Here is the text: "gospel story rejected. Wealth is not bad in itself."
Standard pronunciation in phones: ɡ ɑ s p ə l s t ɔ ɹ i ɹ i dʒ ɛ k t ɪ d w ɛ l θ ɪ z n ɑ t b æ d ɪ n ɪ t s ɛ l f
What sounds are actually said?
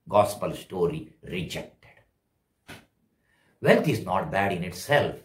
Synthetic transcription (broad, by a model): ɡ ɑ s p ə l s t ɔ ɹ i ɹ i dʒ ɛ k t ɪ d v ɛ l t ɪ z n ɑ t b æ d ɪ n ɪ t s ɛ l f